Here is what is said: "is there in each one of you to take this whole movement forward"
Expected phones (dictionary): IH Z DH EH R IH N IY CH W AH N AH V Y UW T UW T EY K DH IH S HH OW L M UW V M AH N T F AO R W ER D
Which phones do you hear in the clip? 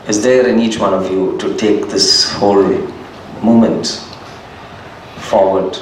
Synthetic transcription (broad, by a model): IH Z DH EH R IH N IY CH W AH N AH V Y UW T UW T EY K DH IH S HH OW L M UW M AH N T F AO R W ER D